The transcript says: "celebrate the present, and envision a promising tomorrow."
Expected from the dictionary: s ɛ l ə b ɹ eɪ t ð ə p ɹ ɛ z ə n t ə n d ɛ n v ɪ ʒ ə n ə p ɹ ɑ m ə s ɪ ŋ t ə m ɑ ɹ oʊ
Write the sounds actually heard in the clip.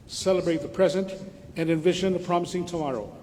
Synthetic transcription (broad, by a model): s ɛ l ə b ɹ eɪ t ð ə p ɹ ɛ z ə n t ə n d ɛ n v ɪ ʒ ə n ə p ɹ ɑ m ə s ɪ ŋ t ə m ɑ ɹ oʊ